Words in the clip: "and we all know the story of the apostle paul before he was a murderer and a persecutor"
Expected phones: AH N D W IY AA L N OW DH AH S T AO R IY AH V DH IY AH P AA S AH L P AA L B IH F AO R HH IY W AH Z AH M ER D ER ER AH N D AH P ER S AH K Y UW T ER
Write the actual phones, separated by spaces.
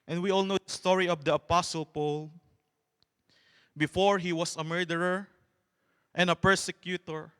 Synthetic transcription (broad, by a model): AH N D W IY AA L N OW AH S T AO R IY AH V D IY AH P AA S AH L P AA L B IH F AO R HH IY W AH S AH M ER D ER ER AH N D AH P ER S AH K Y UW T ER